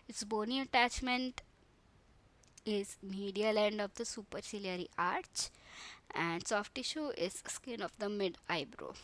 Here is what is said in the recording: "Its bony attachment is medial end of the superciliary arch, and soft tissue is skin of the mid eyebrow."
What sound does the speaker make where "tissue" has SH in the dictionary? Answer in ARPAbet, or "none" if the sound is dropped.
SH